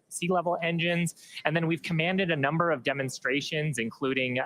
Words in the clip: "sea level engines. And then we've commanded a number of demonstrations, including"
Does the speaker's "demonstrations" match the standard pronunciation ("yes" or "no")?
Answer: yes